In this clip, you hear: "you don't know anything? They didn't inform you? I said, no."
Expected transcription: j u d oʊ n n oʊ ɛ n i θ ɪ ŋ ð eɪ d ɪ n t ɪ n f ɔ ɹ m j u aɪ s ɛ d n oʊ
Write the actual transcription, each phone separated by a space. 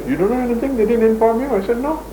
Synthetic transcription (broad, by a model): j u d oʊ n n oʊ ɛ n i t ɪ ŋ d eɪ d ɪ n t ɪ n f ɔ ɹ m j u aɪ s ɛ d n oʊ